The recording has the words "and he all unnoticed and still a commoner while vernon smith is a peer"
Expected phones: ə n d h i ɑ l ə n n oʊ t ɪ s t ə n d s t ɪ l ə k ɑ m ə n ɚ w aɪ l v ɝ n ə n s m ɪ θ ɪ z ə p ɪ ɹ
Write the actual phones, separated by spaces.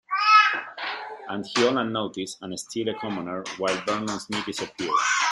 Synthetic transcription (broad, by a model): ə n d h i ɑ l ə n n oʊ t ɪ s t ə n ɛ s t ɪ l ə k ɑ m ə n ɚ w aɪ l b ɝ n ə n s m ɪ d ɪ s ə p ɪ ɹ